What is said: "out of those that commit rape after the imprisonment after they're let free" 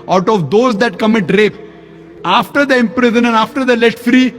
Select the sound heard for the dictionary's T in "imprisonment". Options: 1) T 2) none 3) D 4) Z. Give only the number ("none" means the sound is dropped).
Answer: 2